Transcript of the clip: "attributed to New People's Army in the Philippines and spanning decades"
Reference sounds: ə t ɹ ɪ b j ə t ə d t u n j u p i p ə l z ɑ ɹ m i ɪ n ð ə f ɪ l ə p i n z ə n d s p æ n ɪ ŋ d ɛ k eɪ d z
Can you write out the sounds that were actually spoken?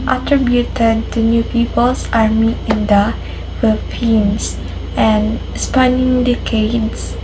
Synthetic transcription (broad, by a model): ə t ɹ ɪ b j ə t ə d t u n j u p i p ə l s ɑ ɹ m i ɪ n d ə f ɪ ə f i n s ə n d s p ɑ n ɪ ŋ d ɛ k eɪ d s